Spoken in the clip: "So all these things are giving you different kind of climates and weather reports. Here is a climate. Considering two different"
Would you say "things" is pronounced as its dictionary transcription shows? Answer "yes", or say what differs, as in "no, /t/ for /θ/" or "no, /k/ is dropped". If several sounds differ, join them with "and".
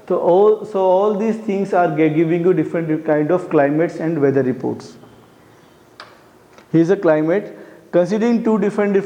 no, /t/ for /θ/